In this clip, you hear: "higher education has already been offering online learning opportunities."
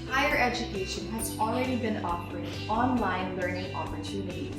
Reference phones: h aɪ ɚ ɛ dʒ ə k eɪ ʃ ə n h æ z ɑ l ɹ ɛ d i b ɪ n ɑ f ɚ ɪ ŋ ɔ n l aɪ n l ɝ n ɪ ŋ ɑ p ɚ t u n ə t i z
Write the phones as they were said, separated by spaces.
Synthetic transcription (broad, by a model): h aɪ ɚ ɛ dʒ ə k eɪ ʃ ə n h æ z ɑ l ɹ ɛ d i b ɪ n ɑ p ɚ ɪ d ɔ n l aɪ n l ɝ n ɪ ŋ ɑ p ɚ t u n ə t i